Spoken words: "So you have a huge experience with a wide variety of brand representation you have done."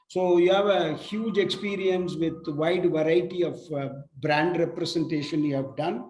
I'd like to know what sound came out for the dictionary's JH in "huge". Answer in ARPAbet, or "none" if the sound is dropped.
JH